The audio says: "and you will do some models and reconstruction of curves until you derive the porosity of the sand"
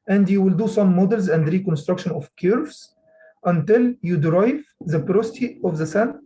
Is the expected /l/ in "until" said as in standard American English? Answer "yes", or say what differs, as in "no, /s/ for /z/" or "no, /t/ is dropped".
yes